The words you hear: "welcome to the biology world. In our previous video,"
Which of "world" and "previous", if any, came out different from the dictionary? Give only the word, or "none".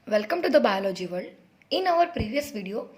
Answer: world